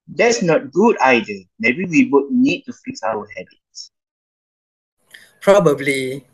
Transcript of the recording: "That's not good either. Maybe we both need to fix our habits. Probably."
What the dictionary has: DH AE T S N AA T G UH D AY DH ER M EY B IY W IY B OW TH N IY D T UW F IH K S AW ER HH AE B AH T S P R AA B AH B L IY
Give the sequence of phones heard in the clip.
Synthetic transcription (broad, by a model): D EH T S N AA T G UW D AY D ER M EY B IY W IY B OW T N IY D T UW F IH K S AW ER HH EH B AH T S P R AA B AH B L IY